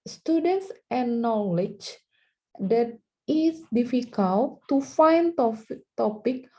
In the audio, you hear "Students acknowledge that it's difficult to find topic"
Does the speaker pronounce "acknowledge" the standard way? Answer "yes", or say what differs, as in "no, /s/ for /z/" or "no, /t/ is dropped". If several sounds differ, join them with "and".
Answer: no, /k/ is dropped